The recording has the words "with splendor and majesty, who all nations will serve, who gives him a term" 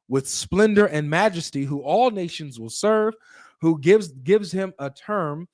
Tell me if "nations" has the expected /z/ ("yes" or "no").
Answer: yes